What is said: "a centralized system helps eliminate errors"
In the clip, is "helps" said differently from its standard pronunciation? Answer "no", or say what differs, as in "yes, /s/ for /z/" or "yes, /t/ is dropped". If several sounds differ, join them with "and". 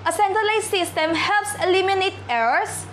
no